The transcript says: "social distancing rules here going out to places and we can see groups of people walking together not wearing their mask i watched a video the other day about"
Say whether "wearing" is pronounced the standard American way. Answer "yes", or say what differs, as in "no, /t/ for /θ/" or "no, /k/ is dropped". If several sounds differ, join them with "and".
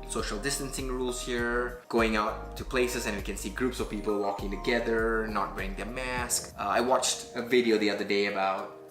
no, /ɹ/ is dropped